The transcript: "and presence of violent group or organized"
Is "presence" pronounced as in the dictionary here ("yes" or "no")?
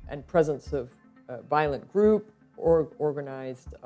yes